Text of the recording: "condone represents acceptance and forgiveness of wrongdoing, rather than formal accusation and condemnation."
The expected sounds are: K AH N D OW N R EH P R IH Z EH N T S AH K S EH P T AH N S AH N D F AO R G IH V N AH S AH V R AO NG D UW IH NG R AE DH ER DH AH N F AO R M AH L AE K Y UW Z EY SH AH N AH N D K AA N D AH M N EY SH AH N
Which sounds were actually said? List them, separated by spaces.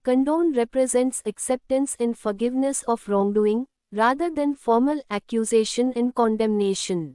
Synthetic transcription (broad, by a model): K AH N D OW N R EH P R IH Z EH N T S AH K S EH P T AH N S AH N F AO R G IH V N AH S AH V R AO NG D UW IH NG R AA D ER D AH N F AO R M AH L AE K Y UW Z EY SH AH N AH N K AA N D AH M N EY SH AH N